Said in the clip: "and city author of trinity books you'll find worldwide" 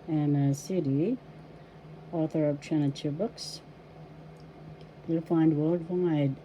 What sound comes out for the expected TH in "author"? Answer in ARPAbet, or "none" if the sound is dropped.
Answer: TH